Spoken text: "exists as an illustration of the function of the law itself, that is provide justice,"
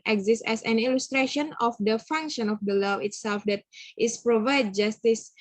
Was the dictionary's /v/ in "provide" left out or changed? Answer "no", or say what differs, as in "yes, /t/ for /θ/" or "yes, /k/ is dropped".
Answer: no